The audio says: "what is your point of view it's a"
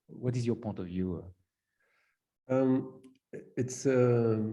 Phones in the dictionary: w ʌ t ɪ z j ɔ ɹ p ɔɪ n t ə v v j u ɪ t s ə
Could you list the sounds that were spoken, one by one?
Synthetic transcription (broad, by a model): w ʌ t ɪ z j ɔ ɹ p ɔɪ n t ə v v j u ɪ t s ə